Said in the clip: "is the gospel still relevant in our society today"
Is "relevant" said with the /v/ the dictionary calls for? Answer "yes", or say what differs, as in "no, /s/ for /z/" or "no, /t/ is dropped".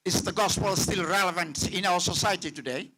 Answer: yes